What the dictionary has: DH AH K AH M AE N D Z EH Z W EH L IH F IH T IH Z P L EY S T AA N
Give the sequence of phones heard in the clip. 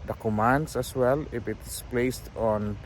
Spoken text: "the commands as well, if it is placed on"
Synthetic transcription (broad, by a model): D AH K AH M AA N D S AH S W EH L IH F IH T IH S P L EY S T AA N